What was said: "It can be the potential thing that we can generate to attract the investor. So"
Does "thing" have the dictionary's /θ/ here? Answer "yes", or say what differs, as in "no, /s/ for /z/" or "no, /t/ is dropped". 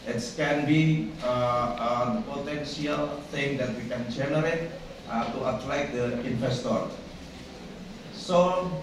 no, /t/ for /θ/